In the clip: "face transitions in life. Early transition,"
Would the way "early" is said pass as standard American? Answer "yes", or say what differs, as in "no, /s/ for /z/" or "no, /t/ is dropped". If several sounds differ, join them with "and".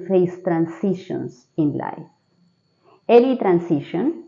no, /n/ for /l/